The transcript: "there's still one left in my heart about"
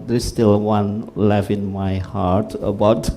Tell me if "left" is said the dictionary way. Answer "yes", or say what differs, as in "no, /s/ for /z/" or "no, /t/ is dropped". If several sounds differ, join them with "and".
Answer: no, /t/ is dropped